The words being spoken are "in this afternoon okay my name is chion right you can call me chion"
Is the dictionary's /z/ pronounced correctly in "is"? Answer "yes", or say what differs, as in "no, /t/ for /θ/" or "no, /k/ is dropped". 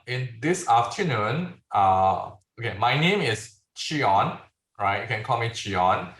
no, /s/ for /z/